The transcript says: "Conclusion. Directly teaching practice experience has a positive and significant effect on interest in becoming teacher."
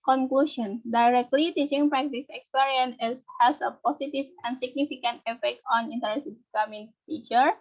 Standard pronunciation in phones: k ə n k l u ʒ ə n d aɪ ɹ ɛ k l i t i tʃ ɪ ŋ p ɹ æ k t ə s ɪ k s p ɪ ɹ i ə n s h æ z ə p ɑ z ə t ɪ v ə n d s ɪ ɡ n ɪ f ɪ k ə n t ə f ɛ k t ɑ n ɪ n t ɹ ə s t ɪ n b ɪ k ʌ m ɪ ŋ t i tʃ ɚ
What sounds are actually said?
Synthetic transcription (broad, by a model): k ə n k l u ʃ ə n d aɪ ɹ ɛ k l i t i tʃ ɪ ŋ p ɹ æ k t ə s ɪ k s p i ɹ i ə n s h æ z ə p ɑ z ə t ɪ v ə n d s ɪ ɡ n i f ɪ k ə n t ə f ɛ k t ɑ n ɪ n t ə t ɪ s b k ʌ m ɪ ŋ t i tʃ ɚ